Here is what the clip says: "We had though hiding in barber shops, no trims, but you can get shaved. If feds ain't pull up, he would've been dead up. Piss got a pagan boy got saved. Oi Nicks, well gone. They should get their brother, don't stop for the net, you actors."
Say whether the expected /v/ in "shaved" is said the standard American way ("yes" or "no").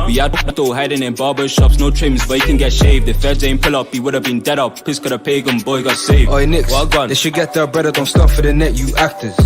yes